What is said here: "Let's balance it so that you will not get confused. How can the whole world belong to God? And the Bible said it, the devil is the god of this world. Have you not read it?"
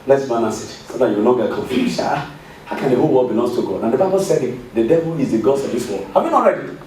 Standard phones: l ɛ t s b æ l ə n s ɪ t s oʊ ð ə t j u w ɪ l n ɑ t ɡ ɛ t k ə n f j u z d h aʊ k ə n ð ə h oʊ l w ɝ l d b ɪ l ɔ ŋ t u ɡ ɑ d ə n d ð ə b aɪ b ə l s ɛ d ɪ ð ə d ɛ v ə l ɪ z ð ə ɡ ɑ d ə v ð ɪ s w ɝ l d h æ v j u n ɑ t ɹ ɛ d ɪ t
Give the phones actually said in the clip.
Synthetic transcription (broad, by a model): l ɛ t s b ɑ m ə s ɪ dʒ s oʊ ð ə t j u w ɪ l n ɑ t ɡ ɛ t k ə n f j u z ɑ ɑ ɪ k ə n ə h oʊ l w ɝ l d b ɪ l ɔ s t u ɡ ɑ d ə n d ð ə b aɪ b ə l s ɛ d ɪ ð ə d ɛ v ə l ɪ z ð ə ɡ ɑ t ə v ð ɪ s w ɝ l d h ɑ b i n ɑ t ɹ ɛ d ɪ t